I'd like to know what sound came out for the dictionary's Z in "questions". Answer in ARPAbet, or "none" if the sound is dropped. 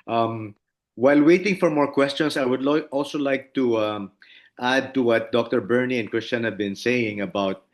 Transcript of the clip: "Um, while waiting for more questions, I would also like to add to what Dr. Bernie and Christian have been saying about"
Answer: S